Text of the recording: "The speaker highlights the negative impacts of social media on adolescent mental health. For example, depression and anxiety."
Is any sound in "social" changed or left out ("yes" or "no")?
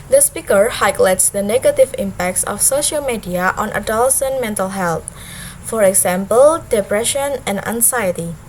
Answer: no